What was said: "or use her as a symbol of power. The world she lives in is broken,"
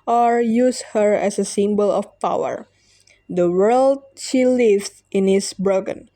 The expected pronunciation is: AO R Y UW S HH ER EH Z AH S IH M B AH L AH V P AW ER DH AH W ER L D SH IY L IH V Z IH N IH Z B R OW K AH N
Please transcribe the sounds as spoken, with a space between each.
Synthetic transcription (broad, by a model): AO R Y UW S HH ER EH S AH S IH M B AH L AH F P AW ER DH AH W ER L D SH IY L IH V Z IH N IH S B R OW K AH N